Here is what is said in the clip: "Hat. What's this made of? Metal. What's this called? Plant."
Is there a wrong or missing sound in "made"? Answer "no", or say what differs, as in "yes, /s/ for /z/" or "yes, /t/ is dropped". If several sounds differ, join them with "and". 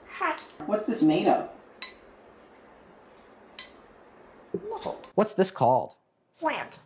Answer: no